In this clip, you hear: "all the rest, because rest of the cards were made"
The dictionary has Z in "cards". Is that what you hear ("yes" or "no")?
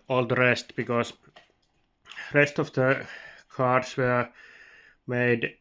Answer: no